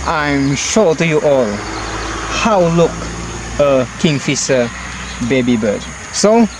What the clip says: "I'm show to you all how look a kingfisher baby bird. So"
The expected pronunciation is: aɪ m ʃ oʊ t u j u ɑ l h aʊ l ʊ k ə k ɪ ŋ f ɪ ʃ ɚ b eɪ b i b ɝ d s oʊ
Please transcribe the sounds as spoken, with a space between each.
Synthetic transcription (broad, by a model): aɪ m ʃ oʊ t u j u ɑ l h aʊ l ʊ k ə k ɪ ŋ f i s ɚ b eɪ b i b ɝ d s oʊ